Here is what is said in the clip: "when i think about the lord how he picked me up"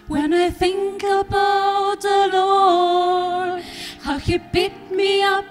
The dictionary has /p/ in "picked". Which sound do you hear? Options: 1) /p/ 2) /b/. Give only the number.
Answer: 2